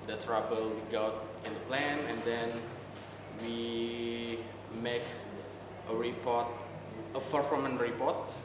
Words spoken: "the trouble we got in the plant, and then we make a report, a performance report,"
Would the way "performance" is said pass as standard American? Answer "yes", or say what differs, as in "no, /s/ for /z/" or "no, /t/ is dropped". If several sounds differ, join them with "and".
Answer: no, /f/ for /p/ and /s/ is dropped